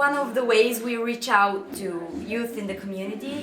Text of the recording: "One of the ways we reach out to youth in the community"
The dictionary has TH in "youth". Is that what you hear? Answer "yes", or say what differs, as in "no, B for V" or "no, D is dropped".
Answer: yes